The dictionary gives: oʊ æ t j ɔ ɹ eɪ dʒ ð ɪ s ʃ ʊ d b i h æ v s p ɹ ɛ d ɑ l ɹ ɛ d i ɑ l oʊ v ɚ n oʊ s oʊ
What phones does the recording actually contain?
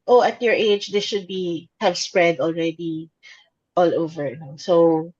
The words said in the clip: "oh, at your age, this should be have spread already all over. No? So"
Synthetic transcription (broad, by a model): oʊ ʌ t j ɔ ɹ eɪ dʒ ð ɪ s ʃ ʊ d b i h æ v s p ɹ ɛ d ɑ l ɹ ɛ d i ɑ l oʊ v ɚ n oʊ s oʊ